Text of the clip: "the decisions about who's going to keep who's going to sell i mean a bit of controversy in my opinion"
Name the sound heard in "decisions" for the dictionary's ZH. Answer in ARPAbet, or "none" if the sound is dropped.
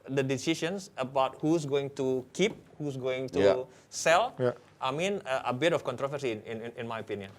SH